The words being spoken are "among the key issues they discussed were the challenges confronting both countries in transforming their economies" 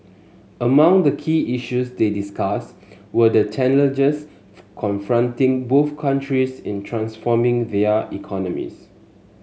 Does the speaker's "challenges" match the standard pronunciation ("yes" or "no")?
no